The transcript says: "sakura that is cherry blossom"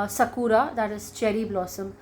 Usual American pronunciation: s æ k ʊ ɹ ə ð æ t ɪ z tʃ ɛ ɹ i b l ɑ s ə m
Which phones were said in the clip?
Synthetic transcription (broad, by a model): s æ k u ɹ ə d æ t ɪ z tʃ ɛ ɹ i b l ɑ s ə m